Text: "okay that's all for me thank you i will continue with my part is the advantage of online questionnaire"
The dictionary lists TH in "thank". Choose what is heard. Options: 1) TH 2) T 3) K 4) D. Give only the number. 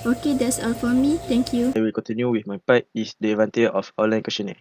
2